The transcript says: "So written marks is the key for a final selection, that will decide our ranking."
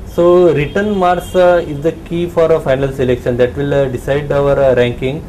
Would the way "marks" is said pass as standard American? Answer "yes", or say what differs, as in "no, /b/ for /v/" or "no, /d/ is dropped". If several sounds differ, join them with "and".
no, /k/ is dropped